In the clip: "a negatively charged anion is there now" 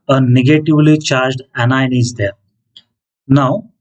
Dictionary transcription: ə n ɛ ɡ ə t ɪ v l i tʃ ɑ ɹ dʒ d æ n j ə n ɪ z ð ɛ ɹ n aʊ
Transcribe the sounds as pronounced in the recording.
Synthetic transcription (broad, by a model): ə n ɛ ɡ ə t ɪ v l i tʃ ɑ ɹ dʒ d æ n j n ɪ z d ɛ ɹ n aʊ